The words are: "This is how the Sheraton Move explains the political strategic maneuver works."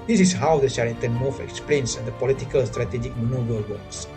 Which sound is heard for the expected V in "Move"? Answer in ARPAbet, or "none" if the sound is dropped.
F